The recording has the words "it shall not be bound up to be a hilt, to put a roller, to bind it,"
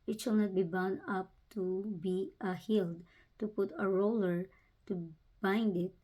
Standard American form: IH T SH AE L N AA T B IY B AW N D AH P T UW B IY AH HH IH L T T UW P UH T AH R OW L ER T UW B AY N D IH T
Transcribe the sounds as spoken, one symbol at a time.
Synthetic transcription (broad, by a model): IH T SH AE L N AA T B IY B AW N AH P T UW B IY AH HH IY L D T UW P UH T AH R OW L ER T UW B AY N D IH T